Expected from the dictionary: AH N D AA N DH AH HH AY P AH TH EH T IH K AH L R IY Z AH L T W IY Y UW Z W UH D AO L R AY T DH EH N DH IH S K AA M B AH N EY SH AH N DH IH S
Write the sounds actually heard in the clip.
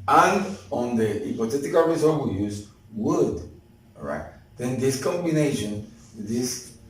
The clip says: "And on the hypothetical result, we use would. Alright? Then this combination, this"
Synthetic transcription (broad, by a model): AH N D AA N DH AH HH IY P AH T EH T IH K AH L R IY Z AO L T W IY Y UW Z W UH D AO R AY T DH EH N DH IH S K AA M B AH N EY SH AH N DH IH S